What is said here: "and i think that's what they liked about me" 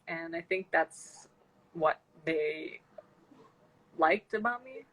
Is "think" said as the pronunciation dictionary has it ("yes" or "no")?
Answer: yes